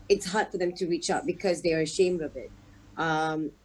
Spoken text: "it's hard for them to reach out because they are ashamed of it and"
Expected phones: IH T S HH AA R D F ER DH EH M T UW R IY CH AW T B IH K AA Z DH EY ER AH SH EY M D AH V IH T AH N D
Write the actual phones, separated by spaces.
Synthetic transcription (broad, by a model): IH T S HH AA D F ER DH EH M T UW R IY CH AW T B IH K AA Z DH EY ER AH SH EY M D AH V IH T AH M